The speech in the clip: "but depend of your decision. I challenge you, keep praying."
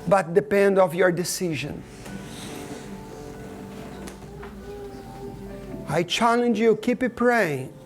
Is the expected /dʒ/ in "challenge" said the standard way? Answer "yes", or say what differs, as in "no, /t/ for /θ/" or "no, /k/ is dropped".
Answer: yes